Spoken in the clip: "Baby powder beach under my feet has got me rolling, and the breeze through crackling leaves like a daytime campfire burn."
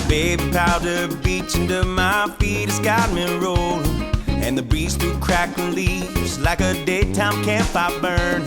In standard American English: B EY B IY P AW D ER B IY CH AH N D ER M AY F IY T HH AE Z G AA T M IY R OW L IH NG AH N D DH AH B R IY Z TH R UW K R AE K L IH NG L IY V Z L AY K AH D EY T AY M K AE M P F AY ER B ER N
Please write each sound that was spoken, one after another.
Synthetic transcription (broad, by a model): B EY B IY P AW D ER B IY CH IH N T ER M AY F IY T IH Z G AA T M IY R OW IH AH N DH AH B R IY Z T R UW K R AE K IH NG L IY V Z L AY K AH D EY T AY M K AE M P AY B ER N